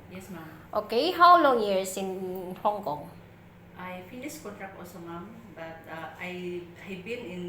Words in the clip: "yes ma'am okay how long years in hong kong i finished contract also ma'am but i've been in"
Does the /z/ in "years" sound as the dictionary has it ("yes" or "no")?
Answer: no